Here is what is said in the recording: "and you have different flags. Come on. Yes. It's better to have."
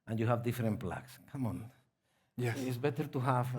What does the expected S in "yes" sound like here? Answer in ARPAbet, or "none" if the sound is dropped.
none